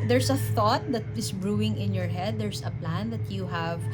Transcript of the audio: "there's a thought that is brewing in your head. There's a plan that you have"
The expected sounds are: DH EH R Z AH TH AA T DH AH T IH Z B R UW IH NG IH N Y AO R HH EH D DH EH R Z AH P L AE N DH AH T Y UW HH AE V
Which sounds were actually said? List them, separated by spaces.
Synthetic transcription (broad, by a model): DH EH R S AH TH AA T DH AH T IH S B R UW IH NG IH N Y AO R HH EH D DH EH R S AH P L AE N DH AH T Y UW HH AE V